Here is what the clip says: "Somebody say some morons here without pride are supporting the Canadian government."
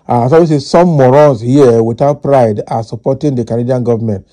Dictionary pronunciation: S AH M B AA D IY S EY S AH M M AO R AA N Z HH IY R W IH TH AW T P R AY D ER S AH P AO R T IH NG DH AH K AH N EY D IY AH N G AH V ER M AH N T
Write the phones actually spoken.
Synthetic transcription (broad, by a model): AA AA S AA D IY S EY S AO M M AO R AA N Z HH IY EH W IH T AW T P R AY D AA S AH P AO T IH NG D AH K AH N EY D IY AH N G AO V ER M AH N T